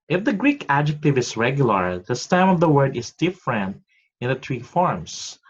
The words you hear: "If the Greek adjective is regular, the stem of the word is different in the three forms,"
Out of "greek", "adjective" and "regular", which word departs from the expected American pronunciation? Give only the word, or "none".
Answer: none